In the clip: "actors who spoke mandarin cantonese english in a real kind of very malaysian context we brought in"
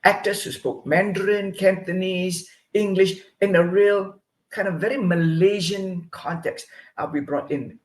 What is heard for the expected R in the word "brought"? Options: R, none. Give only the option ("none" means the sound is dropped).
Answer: R